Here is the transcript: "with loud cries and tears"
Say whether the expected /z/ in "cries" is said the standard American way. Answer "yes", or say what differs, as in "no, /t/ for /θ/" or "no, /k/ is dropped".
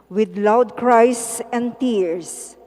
no, /s/ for /z/